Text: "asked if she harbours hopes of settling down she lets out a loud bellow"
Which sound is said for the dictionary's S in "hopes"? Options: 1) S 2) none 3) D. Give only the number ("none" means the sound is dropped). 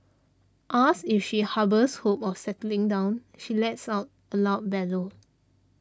2